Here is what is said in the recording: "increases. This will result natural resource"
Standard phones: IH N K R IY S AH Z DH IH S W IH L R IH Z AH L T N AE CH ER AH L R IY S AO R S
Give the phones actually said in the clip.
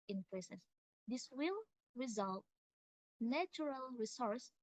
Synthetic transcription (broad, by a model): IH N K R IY S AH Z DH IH S W IH L R IH Z AH L T N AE CH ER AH L R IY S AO R S